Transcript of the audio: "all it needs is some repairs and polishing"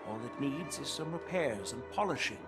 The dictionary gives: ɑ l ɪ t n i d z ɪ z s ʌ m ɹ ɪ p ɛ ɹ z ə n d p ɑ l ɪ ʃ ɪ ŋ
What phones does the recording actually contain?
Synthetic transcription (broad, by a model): ɑ l ɪ t n i d z ɪ z s ʌ m ɹ ɪ p ɛ ɹ z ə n p ɑ l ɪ ʃ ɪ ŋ